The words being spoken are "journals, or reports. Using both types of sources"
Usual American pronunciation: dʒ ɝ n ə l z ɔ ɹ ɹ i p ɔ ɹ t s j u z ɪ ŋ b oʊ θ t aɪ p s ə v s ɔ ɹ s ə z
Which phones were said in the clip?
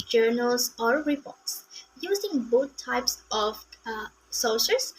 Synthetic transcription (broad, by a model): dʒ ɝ n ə l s ɔ ɹ ɹ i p ɔ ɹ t s j u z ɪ ŋ b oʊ t t aɪ p s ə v s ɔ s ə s